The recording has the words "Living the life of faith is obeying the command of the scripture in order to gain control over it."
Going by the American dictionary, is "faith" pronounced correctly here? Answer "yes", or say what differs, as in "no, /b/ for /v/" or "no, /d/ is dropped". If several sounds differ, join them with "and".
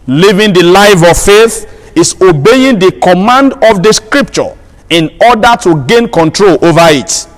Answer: yes